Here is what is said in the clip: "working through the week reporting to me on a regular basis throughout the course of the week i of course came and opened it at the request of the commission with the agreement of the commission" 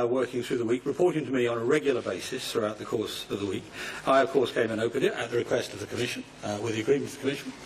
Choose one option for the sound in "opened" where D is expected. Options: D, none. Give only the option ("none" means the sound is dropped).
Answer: none